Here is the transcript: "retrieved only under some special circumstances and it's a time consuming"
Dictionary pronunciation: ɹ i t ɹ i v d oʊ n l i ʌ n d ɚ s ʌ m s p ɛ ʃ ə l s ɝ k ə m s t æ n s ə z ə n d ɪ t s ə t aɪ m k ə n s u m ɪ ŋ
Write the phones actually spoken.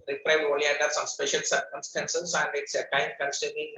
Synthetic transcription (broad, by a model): ɹ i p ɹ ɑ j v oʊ l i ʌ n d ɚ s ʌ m s p ɛ ʃ ə l s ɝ k ə m s t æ n s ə s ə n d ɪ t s ə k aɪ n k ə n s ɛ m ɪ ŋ